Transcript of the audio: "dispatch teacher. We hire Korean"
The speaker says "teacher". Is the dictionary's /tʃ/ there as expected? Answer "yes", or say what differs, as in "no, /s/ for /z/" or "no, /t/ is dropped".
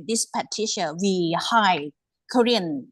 no, /ʃ/ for /tʃ/